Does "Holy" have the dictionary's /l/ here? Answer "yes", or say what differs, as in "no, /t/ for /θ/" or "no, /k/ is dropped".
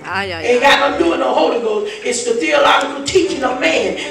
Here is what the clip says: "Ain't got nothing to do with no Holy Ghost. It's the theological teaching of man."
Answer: yes